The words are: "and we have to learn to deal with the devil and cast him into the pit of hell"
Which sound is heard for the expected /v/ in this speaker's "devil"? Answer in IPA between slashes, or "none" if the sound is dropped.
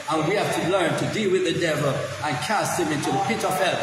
/v/